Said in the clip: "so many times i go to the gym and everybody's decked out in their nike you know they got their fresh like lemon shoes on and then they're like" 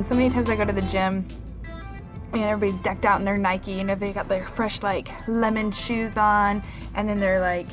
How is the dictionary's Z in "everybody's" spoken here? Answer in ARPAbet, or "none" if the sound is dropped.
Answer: none